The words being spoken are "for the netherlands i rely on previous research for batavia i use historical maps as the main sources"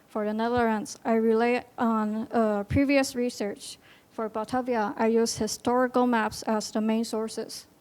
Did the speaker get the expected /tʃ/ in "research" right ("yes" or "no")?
yes